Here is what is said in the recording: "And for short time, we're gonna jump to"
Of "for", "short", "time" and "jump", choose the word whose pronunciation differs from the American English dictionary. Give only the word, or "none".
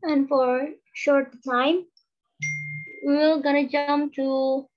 none